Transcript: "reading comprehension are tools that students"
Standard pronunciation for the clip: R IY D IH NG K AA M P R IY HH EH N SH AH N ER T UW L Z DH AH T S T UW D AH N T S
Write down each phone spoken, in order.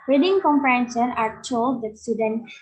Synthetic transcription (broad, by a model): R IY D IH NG K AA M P IY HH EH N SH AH N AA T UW L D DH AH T S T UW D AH N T